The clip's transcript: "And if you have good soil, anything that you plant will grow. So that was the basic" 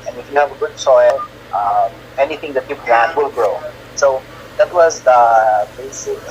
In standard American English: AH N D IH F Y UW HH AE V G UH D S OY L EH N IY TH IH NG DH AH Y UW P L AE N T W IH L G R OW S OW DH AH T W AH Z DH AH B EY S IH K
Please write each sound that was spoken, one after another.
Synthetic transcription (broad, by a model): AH N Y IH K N HH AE V G UH D S OY L EH N IY TH IH NG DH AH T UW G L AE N W IH L G R OW S OW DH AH T W AH Z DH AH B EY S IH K